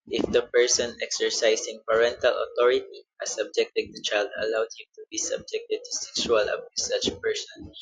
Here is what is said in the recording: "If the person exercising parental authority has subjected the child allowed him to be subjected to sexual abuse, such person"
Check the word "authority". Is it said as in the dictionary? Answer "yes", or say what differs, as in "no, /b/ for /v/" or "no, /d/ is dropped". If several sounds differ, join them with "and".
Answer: no, /t/ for /θ/